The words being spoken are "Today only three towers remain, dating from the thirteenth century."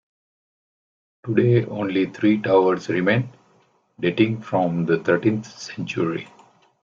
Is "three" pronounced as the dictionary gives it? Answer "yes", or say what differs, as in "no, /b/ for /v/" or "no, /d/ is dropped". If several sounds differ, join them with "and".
no, /t/ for /θ/